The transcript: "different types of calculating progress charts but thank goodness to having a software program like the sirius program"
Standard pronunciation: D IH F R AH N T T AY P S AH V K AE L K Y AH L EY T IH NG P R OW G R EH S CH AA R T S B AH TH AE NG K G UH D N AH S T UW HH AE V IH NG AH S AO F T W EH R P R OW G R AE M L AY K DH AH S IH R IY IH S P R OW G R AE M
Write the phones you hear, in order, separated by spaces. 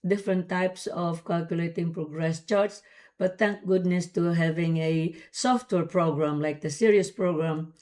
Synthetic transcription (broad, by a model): D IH F R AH N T T AY P S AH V K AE L K Y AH L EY T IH NG P R OW G R EH S CH AA R T S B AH T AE NG K G UH D N AH S T UW HH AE V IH NG AH S AO F T W EH R P R OW G R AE M L AY K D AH S IH R IY IH S P R OW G R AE M